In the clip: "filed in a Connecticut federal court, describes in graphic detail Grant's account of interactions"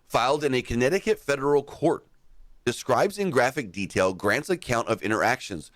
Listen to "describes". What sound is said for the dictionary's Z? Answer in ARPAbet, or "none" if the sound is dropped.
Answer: Z